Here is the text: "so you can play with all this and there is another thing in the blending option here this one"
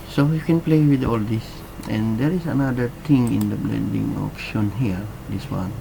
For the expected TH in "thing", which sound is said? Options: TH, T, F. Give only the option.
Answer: T